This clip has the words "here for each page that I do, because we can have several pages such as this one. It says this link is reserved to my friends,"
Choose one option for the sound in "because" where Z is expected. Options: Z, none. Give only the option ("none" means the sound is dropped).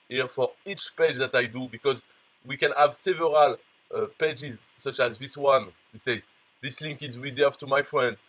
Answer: Z